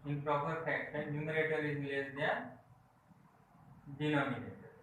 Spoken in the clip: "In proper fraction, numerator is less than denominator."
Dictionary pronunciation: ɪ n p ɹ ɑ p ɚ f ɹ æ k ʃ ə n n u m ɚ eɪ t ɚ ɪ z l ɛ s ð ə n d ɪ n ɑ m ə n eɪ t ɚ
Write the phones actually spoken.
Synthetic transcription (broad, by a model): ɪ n p ɹ ɑ p ɚ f æ k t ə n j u m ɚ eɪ t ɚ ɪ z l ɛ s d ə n d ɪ n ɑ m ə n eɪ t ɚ